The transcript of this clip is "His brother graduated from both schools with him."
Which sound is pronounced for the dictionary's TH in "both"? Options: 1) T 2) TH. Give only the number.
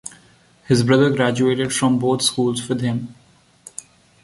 1